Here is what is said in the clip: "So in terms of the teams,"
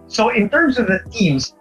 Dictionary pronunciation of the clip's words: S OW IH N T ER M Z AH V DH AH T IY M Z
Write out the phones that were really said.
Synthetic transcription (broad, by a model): S OW IH N T ER M Z AH V DH AH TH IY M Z